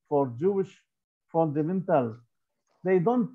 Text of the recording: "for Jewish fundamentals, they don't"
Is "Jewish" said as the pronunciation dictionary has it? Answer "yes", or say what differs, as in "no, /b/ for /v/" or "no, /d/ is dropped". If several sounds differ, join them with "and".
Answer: yes